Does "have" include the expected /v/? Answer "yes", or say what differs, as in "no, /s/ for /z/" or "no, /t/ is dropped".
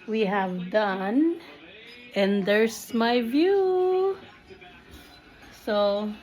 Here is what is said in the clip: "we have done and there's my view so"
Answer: yes